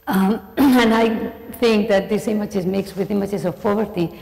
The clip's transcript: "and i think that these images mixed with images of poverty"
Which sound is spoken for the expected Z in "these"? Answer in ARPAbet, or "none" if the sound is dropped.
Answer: S